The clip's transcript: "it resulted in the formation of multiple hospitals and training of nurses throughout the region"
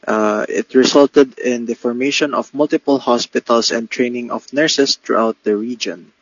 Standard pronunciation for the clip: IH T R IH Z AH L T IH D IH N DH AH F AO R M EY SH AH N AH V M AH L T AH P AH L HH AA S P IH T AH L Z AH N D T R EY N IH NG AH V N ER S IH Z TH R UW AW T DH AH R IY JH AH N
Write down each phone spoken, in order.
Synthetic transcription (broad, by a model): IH T R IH S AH L T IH D IH N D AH F AO R M EY SH AH N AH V M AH L T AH P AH L HH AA S P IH T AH L S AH N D T R EY N IH NG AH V N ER S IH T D R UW AW T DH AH R IY JH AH N